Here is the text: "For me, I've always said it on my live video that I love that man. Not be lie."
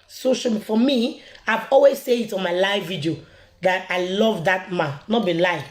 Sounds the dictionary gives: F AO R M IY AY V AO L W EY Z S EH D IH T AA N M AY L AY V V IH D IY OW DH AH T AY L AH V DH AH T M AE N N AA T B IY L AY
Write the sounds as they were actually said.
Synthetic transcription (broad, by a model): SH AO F M IY AY V AO L W EY Z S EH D IH T AA N M AY L AY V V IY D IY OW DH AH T AY L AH V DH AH T M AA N N AA T B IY L AY